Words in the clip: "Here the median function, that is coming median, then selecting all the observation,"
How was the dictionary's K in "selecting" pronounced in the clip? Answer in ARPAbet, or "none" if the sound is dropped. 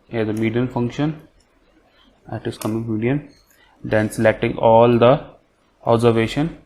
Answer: K